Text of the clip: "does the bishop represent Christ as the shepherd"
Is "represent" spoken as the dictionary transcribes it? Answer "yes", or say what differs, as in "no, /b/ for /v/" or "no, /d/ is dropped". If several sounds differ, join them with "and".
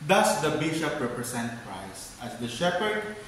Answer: no, /s/ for /z/